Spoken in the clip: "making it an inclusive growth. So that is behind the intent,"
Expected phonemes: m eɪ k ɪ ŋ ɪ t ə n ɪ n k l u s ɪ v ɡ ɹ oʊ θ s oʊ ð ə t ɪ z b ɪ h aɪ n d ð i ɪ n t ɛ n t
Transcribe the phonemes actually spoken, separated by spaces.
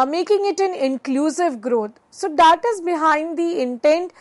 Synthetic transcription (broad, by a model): m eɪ k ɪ ŋ ɪ t ə n ɪ n k l u s ɪ v ɡ ɹ oʊ t s oʊ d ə t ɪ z b ɪ h aɪ n d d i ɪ n t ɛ n t